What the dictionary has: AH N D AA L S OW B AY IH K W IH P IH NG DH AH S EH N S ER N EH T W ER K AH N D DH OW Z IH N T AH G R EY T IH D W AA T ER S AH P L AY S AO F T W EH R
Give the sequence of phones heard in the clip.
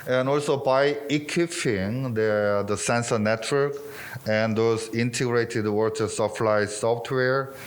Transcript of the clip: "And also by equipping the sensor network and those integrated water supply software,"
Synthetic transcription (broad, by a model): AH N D AA L S OW B AY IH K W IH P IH NG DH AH S EH N S ER N EH T W ER K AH N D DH OW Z IH N T AH G R EY T IH D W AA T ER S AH F L AY S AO F T W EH R